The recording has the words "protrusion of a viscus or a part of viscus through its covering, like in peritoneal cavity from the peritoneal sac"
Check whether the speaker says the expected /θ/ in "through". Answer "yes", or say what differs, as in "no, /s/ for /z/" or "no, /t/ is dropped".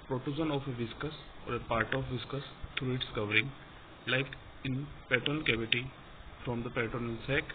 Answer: no, /t/ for /θ/